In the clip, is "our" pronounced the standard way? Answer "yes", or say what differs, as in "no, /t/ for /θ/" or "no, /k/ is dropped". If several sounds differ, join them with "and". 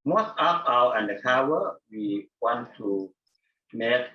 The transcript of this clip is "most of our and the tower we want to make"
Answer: no, /w/ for /ɹ/